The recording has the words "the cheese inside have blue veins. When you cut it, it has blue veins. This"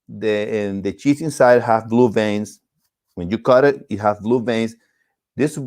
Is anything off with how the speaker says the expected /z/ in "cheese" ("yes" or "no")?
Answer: yes